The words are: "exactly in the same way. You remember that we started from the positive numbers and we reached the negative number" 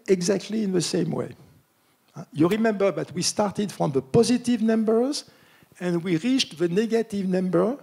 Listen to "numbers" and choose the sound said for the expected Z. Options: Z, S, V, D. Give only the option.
Z